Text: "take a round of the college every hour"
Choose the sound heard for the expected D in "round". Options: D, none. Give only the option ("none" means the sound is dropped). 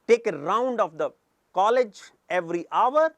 D